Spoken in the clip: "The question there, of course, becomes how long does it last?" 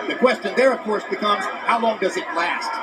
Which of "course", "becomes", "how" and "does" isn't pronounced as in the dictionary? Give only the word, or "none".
none